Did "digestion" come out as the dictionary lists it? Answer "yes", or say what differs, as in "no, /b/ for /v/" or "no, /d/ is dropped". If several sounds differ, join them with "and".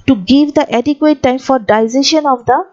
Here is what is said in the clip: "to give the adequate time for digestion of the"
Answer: no, /z/ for /dʒ/